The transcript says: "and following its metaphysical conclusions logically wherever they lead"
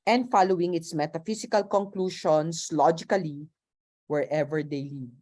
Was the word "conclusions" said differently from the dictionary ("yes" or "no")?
yes